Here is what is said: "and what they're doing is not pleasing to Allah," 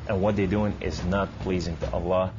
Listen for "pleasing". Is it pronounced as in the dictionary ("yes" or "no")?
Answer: yes